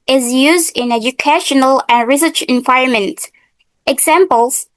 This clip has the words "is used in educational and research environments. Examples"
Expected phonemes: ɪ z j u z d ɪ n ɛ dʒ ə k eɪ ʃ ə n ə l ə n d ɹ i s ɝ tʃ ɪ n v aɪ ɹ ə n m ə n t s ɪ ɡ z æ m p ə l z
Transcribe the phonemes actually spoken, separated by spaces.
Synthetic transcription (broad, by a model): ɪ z j u z d ɪ n ɛ dʒ ə k eɪ ʃ ə n ə l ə n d ɹ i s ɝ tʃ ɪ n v aɪ ɹ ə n m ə n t ɪ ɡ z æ m p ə l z